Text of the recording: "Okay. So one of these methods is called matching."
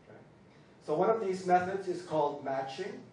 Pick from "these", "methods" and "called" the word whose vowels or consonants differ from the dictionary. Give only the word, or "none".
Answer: none